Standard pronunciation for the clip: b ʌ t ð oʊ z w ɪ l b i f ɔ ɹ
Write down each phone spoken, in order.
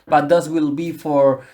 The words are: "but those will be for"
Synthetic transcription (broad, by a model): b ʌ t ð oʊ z w ɪ l b i f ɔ ɹ